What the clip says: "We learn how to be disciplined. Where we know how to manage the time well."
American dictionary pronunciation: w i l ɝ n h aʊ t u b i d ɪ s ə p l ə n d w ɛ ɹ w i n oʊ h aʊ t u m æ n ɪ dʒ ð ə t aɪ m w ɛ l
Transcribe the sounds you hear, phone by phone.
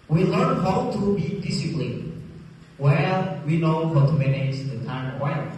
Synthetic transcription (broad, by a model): w i l ɝ n h aʊ t u b i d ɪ s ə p l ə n w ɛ l w i n oʊ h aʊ t u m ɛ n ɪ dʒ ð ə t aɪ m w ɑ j